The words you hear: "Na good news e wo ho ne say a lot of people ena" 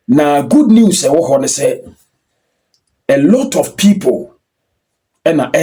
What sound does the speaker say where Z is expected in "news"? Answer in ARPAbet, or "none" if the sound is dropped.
S